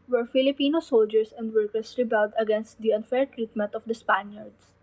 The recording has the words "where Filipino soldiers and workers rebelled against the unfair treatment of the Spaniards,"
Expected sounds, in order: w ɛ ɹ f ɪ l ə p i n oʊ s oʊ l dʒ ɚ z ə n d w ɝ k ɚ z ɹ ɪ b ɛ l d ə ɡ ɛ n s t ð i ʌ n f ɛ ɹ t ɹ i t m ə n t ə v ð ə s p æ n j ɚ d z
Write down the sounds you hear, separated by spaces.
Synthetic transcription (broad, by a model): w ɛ ɹ f ɪ l ə p i n oʊ s oʊ l dʒ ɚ s ə n d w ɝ k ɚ s ɹ ɪ b ɛ l d ə ɡ ɛ n s t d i ʌ n f ɛ ɹ t ɹ i t m ə n t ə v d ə s p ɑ n j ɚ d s